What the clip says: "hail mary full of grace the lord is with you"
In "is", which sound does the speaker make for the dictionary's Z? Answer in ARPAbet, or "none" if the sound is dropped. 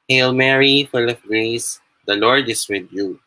S